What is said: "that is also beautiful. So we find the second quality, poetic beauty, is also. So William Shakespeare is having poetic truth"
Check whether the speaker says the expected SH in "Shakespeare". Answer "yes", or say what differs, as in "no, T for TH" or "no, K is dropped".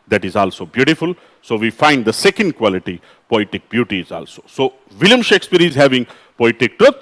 yes